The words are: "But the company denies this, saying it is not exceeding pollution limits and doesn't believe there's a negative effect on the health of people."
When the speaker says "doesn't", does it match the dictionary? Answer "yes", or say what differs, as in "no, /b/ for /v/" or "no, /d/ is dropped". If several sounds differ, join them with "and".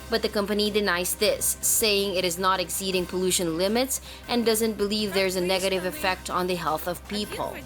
yes